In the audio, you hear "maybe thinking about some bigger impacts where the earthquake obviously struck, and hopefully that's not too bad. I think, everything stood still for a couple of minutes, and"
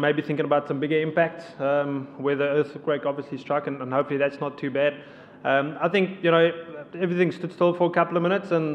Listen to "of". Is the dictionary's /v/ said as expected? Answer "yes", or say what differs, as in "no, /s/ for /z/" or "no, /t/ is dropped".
yes